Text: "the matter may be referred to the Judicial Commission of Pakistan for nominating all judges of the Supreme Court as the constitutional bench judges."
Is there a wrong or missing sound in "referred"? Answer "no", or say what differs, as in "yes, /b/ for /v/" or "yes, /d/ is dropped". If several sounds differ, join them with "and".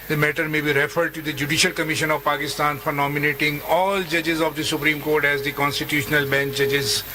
no